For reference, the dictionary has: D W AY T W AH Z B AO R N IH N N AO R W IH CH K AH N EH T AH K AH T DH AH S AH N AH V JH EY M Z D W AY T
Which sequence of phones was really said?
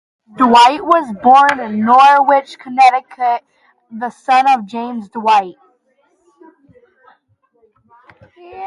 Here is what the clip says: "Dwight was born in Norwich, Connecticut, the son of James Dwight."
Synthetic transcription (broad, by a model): D W AY T W AH Z B AO R N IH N N AO R W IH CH K AH N EH T AH K AH T DH AH S AH N AH V JH EY M Z D W AY T